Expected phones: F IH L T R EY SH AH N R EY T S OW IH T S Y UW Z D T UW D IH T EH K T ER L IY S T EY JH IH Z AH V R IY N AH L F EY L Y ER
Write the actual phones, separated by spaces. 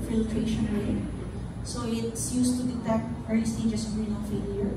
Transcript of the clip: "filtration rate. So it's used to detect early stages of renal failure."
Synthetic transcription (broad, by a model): F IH L T R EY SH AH N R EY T S OW IH T S Y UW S T UW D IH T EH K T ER IY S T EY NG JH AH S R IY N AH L F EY L Y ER